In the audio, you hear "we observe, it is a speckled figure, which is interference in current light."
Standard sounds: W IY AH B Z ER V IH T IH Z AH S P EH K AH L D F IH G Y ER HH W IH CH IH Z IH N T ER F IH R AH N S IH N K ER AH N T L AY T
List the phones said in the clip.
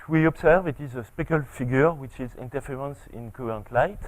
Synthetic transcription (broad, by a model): W IY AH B S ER V IH T IH Z AH S P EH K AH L F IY G Y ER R W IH CH IH Z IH N T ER F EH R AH N S IH N K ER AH N T L AY T